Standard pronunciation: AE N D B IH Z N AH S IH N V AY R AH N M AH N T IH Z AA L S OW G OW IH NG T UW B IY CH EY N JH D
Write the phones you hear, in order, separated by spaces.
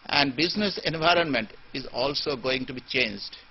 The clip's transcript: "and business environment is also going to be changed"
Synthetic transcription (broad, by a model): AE N D B IH Z N AH S IH N V AY R AH N M AH N T IH Z AA L S OW G OW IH NG T UW B IY CH EY N JH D